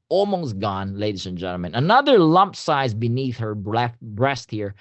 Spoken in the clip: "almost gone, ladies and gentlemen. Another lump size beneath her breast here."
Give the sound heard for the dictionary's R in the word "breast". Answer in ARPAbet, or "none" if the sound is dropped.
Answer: R